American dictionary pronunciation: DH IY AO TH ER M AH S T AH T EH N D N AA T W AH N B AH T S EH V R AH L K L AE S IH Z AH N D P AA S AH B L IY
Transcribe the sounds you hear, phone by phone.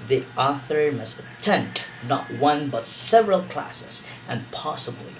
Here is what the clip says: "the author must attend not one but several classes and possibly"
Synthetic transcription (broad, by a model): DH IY AO TH ER M AH S T AH T EH N D N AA T W AH N B AH T S EH V R AH L K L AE S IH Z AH N P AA S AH B L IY